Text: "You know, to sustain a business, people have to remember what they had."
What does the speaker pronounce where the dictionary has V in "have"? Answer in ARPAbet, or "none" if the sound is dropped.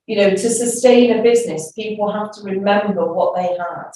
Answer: F